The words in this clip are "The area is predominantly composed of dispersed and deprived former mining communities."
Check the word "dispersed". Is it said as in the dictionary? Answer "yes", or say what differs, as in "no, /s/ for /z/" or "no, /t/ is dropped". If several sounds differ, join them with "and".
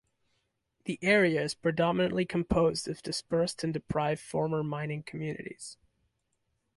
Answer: yes